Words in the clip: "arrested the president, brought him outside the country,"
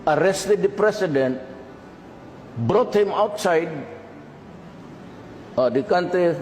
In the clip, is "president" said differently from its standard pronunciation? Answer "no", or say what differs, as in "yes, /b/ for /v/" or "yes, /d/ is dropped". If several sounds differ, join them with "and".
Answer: yes, /s/ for /z/